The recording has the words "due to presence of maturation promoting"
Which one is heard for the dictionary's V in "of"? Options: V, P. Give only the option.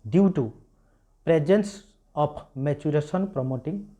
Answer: P